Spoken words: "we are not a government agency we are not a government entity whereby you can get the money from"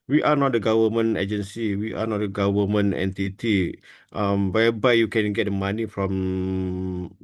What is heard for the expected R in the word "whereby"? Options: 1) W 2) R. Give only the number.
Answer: 1